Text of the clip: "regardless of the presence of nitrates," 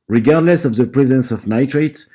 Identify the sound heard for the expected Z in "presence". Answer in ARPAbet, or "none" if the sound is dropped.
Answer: Z